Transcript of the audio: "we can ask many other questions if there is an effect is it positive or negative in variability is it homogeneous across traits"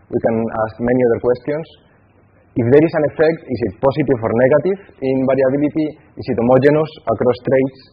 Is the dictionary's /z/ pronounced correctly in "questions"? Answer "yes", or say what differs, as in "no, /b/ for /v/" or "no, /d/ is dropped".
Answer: no, /s/ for /z/